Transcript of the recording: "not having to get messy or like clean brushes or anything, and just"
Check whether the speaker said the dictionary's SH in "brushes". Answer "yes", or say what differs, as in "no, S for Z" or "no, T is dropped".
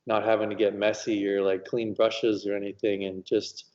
yes